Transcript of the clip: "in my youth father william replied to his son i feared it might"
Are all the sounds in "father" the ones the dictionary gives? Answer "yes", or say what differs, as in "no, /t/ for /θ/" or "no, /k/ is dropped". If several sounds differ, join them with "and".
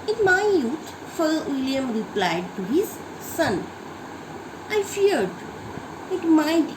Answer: no, /ð/ is dropped